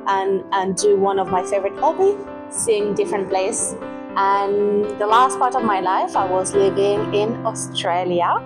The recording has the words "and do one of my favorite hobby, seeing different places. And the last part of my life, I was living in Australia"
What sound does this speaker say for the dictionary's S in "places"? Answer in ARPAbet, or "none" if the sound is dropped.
none